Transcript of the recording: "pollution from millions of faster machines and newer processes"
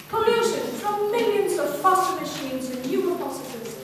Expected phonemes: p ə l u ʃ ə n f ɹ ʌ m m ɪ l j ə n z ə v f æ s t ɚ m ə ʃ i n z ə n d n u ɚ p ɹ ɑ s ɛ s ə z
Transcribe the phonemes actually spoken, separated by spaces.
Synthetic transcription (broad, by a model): p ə l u ʃ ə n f ɹ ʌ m m ɪ l j ə n z ə v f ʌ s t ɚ m ə ʃ i n z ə n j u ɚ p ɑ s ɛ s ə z